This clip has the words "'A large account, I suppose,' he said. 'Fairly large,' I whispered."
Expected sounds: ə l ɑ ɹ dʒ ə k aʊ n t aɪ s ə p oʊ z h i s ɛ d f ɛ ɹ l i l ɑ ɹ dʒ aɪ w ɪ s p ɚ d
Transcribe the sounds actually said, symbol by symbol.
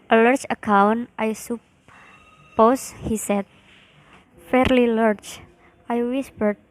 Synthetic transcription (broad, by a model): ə l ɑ ɹ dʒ ə k aʊ n t aɪ s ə p oʊ s h i s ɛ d f ɛ ɹ l i l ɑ ɹ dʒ aɪ w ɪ s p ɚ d